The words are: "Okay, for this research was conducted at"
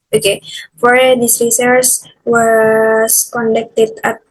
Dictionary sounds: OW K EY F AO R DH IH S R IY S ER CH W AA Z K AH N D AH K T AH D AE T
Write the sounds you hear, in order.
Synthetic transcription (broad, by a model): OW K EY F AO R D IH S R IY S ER S W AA S K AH N D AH K T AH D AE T